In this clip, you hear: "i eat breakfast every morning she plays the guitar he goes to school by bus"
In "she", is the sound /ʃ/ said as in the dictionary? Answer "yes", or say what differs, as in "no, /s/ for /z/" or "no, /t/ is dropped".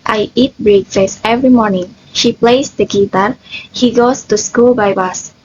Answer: yes